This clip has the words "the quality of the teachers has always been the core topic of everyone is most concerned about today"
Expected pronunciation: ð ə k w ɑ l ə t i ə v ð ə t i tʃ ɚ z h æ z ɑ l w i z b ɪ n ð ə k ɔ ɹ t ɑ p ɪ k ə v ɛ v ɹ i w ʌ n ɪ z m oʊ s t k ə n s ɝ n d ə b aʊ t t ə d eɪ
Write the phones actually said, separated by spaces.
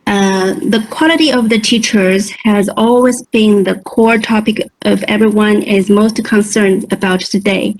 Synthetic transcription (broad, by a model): ð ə k w ɑ l ə t i ə v ð ə t i tʃ ɚ z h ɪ z ɑ l w i z b ɪ n ð ə k ɔ ɹ t ɑ p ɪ k ə v ɛ v ɹ i w ʌ n ɪ z m oʊ s t k ə n s ɝ n d ə b aʊ t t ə d eɪ